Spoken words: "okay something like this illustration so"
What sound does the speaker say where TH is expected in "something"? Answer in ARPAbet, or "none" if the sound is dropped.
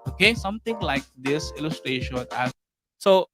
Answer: T